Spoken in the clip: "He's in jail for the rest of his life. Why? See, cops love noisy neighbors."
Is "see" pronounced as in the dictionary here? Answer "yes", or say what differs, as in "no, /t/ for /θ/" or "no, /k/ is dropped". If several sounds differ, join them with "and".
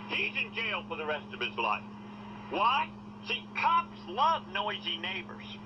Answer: no, /ʃ/ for /s/